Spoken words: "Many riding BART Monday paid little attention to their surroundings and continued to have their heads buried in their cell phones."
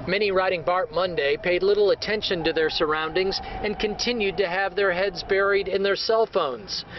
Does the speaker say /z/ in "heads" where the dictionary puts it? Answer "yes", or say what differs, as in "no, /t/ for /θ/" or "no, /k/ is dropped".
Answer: yes